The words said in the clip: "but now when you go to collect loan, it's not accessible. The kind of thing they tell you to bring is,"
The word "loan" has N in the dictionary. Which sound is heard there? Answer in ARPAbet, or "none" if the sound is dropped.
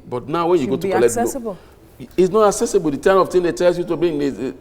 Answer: none